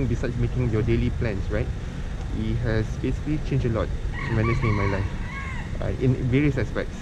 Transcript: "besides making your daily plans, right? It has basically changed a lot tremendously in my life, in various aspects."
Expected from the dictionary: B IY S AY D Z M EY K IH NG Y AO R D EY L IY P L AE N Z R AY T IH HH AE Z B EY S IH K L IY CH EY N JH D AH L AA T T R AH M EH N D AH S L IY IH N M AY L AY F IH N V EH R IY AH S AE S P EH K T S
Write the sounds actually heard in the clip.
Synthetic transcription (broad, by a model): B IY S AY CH M EY K IH NG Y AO D EY L IY P L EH N S R AY T IH HH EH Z B EY S IH K L IY CH EY N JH AH L AA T T AH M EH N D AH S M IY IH N M AY L AY F IH N V EH R IY AH S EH S P EH K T S